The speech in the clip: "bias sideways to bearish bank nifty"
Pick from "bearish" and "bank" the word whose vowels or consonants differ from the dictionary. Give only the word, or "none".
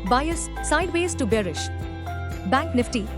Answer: none